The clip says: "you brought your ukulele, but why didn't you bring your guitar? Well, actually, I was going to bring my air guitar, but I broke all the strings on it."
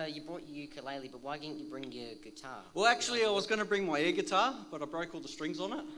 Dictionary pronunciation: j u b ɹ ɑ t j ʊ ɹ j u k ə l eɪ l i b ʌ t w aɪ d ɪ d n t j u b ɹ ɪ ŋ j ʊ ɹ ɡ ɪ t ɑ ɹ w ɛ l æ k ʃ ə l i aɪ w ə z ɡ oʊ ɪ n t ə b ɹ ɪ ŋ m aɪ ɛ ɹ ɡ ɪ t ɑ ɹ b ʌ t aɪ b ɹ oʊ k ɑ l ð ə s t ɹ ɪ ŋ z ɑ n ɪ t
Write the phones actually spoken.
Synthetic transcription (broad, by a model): j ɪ b ɹ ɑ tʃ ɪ k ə l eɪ l i b ʌ t w aɪ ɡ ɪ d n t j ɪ b ɹ ɪ ŋ j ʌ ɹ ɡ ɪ t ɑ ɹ w ɛ l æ k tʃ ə l i aɪ w ə z ɡ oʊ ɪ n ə b ɹ ɪ ŋ m aɪ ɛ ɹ ɡ ɪ t ɑ ɹ b ʌ t aɪ b ɹ oʊ k ɑ l ð ə s t ɹ ɪ ŋ z n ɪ t